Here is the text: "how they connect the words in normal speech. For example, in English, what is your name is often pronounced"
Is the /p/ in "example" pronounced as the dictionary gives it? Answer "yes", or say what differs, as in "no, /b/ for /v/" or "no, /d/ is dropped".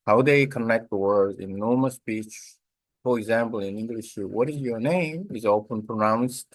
yes